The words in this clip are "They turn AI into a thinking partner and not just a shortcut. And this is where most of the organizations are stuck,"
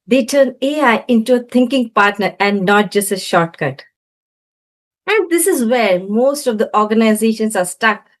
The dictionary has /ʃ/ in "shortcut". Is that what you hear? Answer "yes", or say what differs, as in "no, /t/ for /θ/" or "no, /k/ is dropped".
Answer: yes